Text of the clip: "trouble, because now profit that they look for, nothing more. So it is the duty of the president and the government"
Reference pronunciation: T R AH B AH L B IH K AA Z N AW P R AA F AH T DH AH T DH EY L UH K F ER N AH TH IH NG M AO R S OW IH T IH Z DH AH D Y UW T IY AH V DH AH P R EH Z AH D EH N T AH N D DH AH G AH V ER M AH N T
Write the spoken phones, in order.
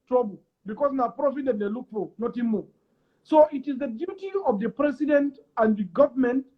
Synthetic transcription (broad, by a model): T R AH B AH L B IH K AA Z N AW P R AA F AH T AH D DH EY L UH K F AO N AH T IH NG M AO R S OW IH T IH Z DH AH D Y UW T IY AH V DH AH P R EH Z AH D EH N T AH N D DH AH G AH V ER M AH N T